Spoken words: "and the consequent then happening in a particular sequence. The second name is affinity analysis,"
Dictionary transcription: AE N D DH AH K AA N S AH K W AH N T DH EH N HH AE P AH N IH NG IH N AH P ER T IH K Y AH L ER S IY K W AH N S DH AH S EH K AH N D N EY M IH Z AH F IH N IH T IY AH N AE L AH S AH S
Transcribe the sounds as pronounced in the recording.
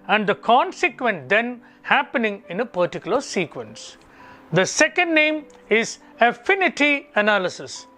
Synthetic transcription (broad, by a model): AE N D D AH K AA N S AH K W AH N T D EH N HH AE P AH N IH NG IH N AH P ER T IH K Y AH L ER S IY K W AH N S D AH S EH K AH N D N EY M IH Z AH F IH N IH T IY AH N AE L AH S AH S